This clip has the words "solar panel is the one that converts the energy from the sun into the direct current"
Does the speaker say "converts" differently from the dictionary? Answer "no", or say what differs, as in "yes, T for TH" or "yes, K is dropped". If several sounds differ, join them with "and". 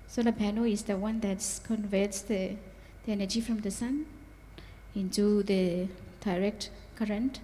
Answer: no